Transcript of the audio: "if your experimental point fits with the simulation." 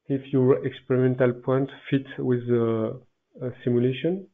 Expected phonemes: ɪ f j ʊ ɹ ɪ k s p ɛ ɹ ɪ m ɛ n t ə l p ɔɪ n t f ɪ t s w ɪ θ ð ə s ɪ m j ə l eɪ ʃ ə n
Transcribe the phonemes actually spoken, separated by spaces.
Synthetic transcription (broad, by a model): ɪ f j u ɹ ɪ k s p ɛ ɹ ɪ m ɛ n t ə l p ɔɪ n t f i t w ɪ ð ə s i m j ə l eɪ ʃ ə n